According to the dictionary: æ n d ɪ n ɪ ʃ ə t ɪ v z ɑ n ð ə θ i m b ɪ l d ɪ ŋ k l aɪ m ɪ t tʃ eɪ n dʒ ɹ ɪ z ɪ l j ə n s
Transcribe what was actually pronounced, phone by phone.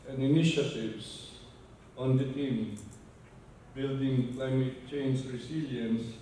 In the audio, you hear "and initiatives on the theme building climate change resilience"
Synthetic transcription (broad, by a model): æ n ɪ n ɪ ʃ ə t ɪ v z ɑ n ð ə t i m b ɪ l d ɪ ŋ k l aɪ m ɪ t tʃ eɪ n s ɹ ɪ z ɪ l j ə n s